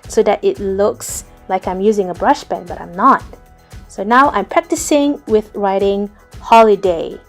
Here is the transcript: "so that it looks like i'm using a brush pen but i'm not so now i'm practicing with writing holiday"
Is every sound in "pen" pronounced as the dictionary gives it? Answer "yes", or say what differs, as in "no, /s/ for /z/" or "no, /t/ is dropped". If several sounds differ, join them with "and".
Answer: no, /b/ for /p/